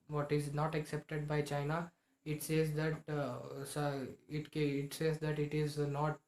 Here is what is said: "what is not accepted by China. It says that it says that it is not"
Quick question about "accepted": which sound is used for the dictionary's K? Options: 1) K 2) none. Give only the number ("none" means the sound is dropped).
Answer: 1